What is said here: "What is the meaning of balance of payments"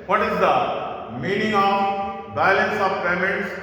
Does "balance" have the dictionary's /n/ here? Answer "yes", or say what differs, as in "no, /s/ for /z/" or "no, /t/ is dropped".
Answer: yes